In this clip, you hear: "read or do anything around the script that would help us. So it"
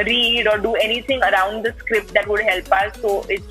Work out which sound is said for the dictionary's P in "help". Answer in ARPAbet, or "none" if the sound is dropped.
P